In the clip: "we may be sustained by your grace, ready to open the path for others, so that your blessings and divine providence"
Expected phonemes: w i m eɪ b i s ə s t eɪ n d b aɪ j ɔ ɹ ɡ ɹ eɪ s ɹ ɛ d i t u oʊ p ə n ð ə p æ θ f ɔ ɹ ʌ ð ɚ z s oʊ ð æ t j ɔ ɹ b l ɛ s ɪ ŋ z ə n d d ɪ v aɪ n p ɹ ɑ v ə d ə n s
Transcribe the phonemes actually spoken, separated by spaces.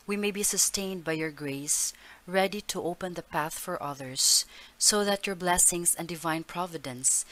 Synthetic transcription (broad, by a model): w i m eɪ b i s ə s t eɪ n d b aɪ j ɔ ɹ ɡ ɹ eɪ s ɹ ɛ d i t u oʊ p ə n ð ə p æ θ f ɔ ɹ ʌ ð ɚ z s oʊ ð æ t j ɔ ɹ b l ɛ s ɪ ŋ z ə n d d ɪ v aɪ n p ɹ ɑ v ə d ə n s